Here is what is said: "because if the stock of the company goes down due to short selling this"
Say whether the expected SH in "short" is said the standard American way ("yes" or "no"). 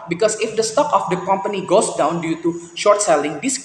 yes